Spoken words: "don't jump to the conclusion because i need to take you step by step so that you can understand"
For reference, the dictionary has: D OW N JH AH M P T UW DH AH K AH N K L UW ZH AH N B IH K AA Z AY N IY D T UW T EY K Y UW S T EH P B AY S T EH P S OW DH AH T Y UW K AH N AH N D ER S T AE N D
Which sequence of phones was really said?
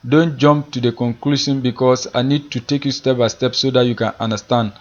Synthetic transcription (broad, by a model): D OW N JH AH M P T UW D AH K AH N K L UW SH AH N B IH K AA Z AY N IY D T UW T EY K Y UW S T EH P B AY S T EH P S OW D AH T Y UW K AH N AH N D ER S T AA N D